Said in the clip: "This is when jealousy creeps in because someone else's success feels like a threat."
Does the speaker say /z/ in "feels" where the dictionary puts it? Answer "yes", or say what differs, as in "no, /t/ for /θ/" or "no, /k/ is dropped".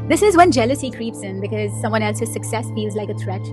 yes